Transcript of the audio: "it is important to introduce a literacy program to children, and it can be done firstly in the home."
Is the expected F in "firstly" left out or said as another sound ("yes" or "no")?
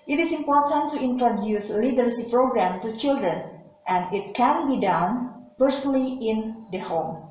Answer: yes